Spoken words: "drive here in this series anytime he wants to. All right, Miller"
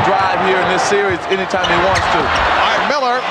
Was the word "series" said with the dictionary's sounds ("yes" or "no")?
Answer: yes